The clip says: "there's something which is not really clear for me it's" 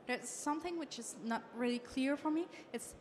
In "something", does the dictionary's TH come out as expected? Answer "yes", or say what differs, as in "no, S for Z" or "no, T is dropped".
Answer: yes